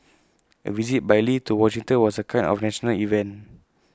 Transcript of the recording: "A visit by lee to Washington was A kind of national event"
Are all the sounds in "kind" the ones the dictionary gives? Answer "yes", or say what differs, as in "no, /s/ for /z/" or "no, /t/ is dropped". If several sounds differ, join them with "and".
no, /d/ is dropped